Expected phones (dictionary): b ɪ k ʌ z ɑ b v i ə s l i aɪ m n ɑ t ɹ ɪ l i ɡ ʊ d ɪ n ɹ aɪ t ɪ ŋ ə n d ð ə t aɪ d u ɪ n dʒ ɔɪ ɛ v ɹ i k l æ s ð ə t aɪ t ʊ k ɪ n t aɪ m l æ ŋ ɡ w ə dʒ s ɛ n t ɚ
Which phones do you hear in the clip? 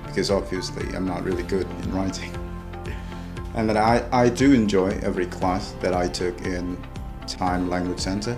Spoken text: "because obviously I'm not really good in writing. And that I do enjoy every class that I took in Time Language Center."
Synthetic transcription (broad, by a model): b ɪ k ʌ z ɑ b v i ə s l i aɪ m n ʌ t ɹ ɪ l i ɡ ʊ d ɪ n ɹ aɪ t ɪ ŋ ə n ð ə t aɪ d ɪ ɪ n dʒ ɔɪ ɛ v ɹ i k l æ s ð ə t aɪ t ʊ k ɪ n t aɪ m l æ ŋ ɡ w ə dʒ s ɛ n t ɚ